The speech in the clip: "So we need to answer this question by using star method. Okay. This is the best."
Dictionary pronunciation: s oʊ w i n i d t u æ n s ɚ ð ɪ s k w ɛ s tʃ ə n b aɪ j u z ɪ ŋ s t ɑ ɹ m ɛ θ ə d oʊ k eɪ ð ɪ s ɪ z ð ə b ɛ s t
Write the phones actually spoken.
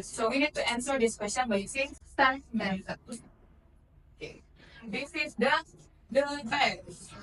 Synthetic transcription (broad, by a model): s oʊ w i n i d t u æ n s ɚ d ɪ s k w ɛ s tʃ ə n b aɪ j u s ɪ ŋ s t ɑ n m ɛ s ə oʊ k eɪ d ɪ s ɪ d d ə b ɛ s